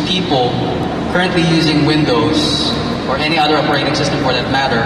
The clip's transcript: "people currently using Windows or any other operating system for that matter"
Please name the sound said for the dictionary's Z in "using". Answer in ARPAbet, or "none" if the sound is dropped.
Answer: Z